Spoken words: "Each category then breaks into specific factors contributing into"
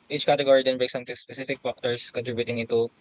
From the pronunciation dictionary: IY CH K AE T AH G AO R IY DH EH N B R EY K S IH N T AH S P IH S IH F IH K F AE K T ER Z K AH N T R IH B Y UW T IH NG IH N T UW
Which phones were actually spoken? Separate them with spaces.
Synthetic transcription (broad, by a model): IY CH K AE T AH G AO R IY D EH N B EY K S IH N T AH S P IH S IH F IH K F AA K T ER S K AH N T R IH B Y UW T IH NG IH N T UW